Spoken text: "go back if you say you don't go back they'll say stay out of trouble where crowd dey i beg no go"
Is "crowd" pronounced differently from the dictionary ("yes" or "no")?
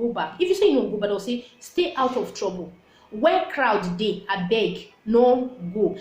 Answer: no